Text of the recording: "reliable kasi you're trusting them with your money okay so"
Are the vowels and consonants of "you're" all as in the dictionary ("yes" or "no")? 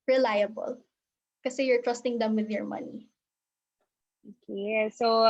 yes